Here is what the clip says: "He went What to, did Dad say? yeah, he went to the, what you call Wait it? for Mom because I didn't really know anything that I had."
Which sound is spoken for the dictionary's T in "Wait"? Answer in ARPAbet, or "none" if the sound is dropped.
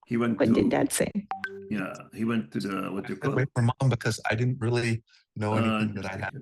none